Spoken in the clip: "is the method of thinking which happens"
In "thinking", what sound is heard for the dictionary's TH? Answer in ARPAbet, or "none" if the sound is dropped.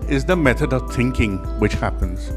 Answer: TH